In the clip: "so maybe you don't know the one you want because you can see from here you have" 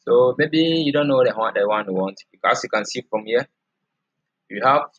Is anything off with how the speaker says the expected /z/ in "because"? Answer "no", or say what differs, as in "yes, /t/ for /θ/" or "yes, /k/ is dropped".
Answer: yes, /s/ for /z/